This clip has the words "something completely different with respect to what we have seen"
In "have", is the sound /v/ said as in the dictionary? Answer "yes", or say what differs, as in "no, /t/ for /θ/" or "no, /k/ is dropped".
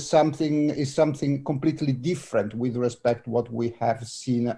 yes